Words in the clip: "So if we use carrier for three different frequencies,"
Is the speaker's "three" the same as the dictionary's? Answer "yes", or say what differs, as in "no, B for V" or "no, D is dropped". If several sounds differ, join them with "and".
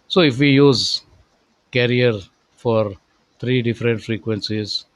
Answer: no, T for TH